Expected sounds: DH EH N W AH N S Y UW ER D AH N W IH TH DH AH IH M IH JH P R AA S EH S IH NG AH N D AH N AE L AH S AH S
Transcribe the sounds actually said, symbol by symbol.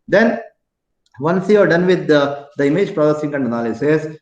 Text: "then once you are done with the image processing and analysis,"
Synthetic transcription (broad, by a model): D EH N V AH N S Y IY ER D AH N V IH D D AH IH M IH JH P R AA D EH S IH NG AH N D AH N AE L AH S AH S